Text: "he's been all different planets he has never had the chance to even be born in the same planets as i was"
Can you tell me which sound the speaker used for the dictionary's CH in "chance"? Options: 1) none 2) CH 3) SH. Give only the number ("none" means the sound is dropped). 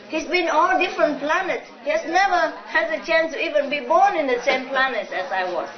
2